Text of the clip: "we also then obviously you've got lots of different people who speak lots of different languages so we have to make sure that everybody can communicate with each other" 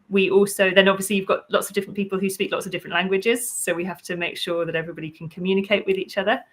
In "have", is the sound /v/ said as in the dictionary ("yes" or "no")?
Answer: no